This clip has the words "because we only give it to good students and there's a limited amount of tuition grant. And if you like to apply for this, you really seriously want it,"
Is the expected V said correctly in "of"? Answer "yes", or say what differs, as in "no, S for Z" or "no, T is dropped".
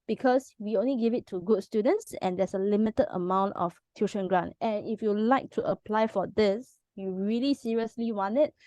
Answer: no, F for V